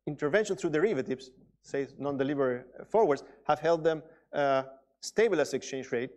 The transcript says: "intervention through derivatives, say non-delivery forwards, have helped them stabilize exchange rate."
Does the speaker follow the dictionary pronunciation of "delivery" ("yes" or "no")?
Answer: no